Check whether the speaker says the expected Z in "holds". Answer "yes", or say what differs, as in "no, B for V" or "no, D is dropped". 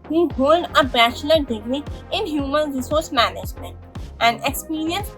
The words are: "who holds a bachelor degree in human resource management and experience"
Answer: no, Z is dropped